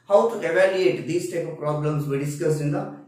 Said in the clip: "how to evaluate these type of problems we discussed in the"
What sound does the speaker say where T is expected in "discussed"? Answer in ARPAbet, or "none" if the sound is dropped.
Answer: none